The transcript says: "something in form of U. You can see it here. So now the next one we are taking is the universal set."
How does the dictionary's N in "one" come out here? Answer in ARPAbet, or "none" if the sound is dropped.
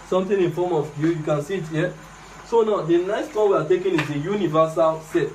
L